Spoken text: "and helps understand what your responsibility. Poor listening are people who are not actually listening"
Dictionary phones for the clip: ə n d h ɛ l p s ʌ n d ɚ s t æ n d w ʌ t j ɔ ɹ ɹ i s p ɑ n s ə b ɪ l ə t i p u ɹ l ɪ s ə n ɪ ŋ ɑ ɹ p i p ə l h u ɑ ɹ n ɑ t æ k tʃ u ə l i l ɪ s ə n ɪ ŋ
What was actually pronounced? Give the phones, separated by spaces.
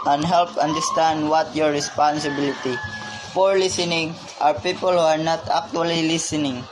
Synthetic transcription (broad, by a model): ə n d h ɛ l p ʌ n d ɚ s t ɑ n d w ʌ t j ɔ ɹ ɹ i s p ɑ n s ə b ɪ l ə t i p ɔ ɹ l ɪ s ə n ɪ ŋ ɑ w p i p ə l h u ɑ ɹ n ɑ t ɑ k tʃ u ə l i l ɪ s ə n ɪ ŋ